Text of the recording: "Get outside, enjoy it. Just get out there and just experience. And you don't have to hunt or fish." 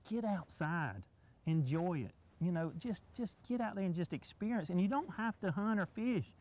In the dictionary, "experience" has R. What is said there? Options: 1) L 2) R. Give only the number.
2